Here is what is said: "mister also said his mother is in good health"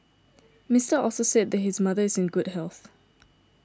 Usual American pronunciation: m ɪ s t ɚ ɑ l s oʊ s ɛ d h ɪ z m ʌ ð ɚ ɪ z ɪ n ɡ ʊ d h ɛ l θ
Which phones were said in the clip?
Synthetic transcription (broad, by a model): m ɪ s t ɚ ɑ l s oʊ s ɛ d h ɪ z m ʌ ð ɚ ɪ z ɪ n ɡ ʊ d h ɛ l θ